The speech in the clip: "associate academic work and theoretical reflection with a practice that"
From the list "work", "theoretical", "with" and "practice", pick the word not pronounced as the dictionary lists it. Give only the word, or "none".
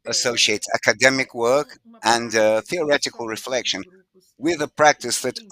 none